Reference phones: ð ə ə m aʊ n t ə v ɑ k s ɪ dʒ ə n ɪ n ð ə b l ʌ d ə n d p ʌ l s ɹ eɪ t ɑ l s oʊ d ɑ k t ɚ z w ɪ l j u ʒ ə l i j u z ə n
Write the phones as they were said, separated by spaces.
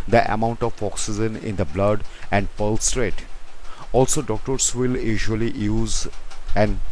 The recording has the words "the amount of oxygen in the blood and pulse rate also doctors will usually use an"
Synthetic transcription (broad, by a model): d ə ə m aʊ n t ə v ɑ k s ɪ z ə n ɪ n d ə b l ʌ d ə n d p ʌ l s ɹ eɪ t ɑ l s oʊ d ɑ k t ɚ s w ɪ l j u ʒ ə l i j u z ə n